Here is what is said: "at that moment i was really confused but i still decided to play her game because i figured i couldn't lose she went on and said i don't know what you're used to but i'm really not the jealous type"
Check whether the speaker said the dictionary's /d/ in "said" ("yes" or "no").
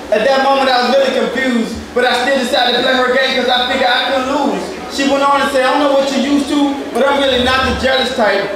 no